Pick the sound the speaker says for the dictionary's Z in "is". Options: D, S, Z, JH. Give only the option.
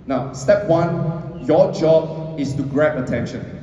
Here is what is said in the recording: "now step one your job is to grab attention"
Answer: S